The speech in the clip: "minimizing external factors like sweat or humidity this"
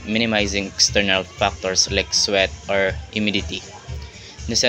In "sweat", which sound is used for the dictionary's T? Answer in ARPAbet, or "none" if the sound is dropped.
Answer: T